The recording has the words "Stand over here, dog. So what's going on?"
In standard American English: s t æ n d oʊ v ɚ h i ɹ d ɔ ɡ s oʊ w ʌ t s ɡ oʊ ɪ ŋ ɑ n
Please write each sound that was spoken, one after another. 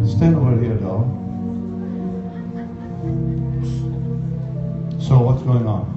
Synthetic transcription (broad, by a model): s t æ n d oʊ ɚ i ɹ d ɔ s oʊ w ʌ t s ɡ oʊ ɪ ŋ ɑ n